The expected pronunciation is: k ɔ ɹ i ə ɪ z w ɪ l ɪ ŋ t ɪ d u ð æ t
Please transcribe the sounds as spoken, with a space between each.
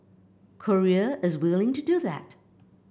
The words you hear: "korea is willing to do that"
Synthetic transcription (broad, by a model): k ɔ ɹ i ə ɪ z w ɪ l ɪ ŋ t ɪ d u ð æ t